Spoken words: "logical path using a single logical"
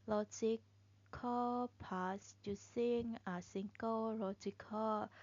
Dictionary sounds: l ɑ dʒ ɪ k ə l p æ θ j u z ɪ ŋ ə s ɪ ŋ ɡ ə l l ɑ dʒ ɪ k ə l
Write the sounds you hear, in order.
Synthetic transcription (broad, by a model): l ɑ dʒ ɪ k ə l p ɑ s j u s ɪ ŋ ə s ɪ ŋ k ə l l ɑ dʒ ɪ k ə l